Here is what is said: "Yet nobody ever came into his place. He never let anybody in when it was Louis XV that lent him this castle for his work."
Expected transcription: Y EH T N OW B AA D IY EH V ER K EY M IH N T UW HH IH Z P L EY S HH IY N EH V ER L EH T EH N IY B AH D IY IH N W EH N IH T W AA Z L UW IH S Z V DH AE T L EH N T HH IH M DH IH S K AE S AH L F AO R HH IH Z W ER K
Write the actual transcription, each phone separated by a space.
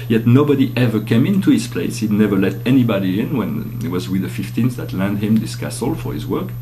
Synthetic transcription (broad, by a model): Y EH T N OW B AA D IY EH V ER K EY M IH N T UW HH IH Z P L EY S HH IY N EH V ER L EH T EH N IY B AH D IY IH N W EH N IH T W AA Z W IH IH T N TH DH AE T L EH N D HH IH M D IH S K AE S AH L F AO R HH IH Z W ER K